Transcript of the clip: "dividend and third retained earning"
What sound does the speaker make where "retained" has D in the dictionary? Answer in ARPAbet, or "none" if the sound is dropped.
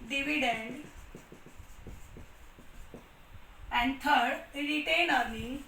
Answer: none